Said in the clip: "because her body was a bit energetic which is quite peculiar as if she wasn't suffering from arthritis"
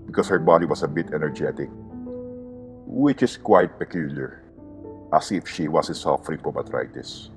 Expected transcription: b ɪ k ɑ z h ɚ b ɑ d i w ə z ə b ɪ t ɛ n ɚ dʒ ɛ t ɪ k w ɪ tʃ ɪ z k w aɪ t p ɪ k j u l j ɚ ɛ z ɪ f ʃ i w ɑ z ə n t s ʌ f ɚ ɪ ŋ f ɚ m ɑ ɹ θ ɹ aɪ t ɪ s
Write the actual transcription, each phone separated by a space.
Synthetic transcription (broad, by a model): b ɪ k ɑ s h ɚ b ɑ d i w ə s ə b ɪ t ɛ n ɚ dʒ ɛ t ɪ k w ɪ tʃ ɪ s k w aɪ t p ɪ k j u l j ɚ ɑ s ɪ f ʃ i w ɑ s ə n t s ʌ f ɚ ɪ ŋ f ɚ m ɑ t ɹ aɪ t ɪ s